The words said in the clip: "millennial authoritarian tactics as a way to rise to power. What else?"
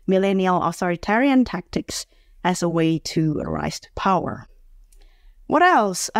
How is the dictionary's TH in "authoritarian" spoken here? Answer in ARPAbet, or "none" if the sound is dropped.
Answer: TH